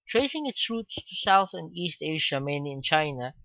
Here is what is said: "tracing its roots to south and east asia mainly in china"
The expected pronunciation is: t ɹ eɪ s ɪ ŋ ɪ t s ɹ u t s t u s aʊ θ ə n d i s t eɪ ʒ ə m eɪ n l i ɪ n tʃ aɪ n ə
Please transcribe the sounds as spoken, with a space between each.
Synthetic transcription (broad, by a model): t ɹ eɪ s ɪ ŋ ɪ t s ɹ u t s t u s aʊ θ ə n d i s t eɪ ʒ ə m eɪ n i ɪ n tʃ aɪ n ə